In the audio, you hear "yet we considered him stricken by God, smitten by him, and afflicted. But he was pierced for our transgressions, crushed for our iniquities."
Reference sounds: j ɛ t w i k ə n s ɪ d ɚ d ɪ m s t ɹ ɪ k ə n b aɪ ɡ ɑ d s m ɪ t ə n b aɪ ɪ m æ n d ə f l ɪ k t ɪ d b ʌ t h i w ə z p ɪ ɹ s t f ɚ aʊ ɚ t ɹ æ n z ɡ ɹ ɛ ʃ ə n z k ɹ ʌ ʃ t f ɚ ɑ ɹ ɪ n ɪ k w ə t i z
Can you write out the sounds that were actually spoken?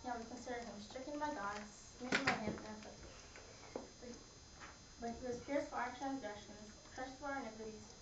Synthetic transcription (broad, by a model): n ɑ w i k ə n s ɪ d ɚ ɪ m s t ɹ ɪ k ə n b aɪ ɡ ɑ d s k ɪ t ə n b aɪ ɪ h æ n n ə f ɪ t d b ʌ t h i w ə z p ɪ ɹ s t f ɚ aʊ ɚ t ɹ æ n z ɡ ɹ ɛ ʃ ə n z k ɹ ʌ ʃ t f ɚ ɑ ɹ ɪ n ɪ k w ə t i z